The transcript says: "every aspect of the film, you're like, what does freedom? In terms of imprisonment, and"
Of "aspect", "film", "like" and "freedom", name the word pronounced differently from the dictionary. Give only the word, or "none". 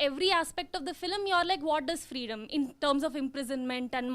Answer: none